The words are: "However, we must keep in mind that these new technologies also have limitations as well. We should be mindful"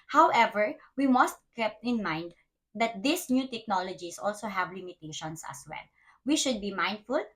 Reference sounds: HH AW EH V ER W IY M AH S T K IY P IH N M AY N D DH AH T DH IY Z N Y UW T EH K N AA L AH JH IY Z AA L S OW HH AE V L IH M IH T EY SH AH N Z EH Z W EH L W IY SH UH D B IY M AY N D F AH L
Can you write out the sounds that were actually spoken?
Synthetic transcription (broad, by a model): HH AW EH V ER W IY M AH S T K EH P IH N M AY N D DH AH T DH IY S N Y UW T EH K N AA L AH JH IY S AA L S OW HH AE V L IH M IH T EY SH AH N S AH S W EH L W IY SH UH D B IY M AY N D F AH L